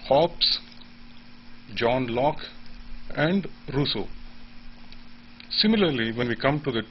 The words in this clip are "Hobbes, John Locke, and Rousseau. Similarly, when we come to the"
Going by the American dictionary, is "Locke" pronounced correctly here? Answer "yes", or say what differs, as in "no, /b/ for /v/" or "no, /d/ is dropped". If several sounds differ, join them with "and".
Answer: yes